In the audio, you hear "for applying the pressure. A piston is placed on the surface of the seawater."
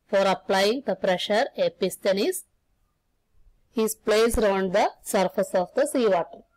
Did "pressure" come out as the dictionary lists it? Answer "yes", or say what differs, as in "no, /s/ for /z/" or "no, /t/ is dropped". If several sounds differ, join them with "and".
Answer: yes